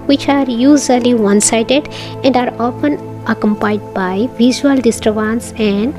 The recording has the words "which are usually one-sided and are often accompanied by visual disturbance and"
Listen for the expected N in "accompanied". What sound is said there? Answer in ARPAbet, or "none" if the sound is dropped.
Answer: none